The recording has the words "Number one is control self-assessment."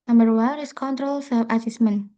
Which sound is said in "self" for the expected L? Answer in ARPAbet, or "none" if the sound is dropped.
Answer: none